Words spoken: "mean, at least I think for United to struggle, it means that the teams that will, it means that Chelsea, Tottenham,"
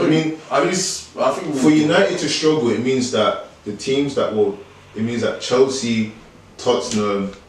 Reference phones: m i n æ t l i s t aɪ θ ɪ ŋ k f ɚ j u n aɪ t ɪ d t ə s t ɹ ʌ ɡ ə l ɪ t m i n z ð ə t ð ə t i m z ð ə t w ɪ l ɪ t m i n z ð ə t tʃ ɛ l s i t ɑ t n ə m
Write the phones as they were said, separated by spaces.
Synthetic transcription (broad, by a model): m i n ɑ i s aɪ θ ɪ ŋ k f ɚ j u n aɪ t ɪ d t ə s t ɹ ʌ ɡ ə l ɪ t m i n z ð ə t ð ə t i m z ð ə t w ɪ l ɪ t m i n z ð ə t tʃ ɛ l s i t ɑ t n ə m